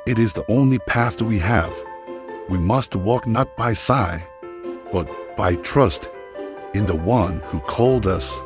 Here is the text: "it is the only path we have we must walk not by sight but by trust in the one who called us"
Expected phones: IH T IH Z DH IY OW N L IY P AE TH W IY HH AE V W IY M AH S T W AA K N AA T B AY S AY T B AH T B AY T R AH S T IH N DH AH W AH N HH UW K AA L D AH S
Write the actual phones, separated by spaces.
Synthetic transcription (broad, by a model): IH T IH Z DH IY OW N L IY P AE TH W IY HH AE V W IY M AH S T W AA K N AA T B AY S AY B AH T B AY T R AH S T IH N DH AH W AH N HH UW K AA L D AH S